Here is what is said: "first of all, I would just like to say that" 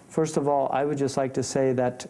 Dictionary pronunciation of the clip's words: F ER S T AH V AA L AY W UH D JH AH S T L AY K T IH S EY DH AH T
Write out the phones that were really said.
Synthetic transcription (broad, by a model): F ER S T AH V AA L AY W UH D JH AH S T L AY K T IH S EY DH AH T